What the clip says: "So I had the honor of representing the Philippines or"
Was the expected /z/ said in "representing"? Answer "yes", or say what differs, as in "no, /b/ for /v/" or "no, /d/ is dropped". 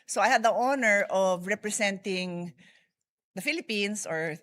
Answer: no, /s/ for /z/